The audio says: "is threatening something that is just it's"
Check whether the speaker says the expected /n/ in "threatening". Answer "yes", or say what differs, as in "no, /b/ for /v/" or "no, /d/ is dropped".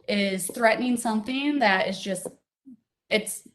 yes